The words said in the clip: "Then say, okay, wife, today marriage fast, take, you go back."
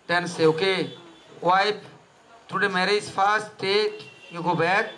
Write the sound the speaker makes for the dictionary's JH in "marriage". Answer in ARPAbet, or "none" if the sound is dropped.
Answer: Z